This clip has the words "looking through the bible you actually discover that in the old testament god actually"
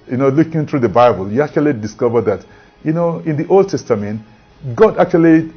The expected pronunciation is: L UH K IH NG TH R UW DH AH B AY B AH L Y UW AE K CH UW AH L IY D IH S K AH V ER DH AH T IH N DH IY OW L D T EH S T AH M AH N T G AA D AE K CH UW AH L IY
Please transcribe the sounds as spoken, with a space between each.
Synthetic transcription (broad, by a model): L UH K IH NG TH R UW DH AH B AY B AH L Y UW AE K CH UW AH L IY D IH S K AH V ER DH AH T IH N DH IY OW L D T EH S T AH M AH N T G AA D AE K CH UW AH L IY